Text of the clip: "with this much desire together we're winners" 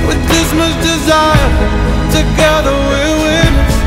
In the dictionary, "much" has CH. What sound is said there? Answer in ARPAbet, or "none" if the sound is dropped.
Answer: S